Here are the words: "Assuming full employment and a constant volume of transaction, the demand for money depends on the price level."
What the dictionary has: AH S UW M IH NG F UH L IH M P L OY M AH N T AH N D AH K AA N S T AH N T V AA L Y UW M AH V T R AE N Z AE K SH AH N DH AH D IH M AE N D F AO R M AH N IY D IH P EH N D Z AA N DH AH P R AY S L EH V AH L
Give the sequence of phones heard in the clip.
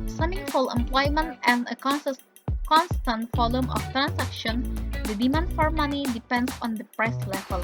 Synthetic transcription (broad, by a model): S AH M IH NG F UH L IH M P L OY M AH N T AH N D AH K AA N S T AH N T F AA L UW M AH F T R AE N S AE K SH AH N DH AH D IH M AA N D F AO R M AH N IY D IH P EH N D S AA N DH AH P R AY S L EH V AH L